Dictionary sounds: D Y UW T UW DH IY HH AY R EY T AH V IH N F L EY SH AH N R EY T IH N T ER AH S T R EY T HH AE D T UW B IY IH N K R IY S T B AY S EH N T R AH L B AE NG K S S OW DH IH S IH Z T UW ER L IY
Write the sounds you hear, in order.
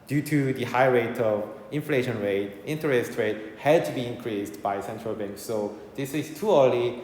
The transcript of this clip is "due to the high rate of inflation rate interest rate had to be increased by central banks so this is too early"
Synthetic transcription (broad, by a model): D Y UW T UW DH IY HH AY R EY T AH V IH N F L EY SH AH N R EY T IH N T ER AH S T R EY T HH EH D T UW B IY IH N K R IY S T B AY S EH N T R AH L B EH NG K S S OW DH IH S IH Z T UW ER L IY